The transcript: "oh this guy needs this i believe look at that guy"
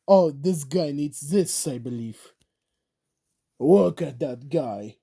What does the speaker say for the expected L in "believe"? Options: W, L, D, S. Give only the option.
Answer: L